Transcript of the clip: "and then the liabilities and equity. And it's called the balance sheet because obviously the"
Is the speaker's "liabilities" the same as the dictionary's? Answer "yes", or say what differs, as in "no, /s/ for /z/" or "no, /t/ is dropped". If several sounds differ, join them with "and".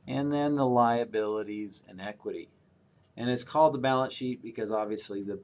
yes